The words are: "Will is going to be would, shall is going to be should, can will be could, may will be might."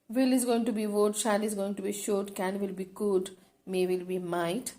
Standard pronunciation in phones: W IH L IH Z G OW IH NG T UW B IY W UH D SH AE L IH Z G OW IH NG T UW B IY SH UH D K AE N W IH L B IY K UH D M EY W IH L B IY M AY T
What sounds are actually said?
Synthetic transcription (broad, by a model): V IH L IH Z G OW IH NG T UW B IY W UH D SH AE N IH Z G OW IH NG T UW B IY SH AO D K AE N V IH L B IY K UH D M EY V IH L B IY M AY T